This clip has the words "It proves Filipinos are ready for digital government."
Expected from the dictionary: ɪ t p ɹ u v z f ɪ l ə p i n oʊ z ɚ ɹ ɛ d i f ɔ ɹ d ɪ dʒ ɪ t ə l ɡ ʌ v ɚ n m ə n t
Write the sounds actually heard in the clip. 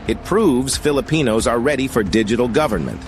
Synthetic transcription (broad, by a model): ɪ t p ɹ u v z f ɪ l ə p i n oʊ z ɚ ɹ ɛ d i f ɔ ɹ d ɪ dʒ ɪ t l ɡ ʌ v ɚ n m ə n t